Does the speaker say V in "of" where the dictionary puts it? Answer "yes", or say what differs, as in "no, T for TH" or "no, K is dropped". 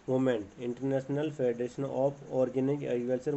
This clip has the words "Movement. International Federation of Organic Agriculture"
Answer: no, P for V